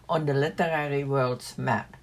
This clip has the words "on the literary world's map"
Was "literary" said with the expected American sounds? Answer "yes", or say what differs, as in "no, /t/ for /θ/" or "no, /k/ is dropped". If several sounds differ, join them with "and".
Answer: yes